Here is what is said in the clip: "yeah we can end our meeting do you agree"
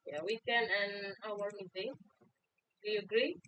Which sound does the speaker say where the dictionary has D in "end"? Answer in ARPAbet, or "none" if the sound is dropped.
none